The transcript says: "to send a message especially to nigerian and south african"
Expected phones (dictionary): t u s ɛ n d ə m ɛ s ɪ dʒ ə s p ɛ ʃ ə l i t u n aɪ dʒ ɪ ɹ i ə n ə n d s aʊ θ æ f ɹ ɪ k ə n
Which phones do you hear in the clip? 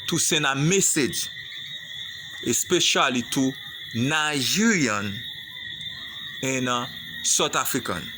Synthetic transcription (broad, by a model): t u s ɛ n ə m ɛ s ɪ dʒ ə s p ɛ ʃ ə l i t u n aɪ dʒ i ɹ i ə n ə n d s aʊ t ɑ f ɹ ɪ k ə n